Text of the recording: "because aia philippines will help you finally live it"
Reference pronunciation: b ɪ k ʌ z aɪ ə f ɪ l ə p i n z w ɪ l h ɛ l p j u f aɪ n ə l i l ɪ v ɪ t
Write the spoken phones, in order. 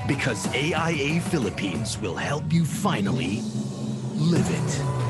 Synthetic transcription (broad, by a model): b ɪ k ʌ z aɪ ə f ɪ l ə p i n z w ɪ l h ɛ l p j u f aɪ n l i l ɪ v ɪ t